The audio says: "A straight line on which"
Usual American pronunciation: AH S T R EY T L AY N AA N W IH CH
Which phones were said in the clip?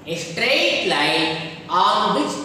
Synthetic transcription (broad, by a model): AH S T R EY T L AY AA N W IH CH